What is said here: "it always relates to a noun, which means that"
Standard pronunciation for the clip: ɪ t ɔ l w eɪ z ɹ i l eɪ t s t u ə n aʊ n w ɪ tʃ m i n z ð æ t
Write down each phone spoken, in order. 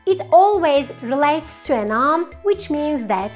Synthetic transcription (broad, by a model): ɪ t ɔ l w eɪ z ɹ i l eɪ t s t u ə n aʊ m w ɪ tʃ m i n z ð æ t